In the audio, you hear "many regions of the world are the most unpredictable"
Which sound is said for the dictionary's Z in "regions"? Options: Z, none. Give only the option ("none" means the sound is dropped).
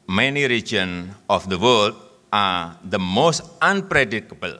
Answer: none